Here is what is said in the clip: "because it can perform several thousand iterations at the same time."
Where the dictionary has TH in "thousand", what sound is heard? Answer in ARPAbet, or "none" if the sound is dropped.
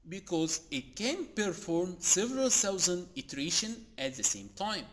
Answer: S